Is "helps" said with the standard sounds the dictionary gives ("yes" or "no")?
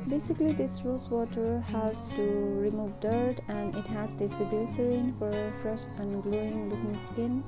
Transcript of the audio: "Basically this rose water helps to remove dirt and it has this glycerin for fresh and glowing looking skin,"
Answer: yes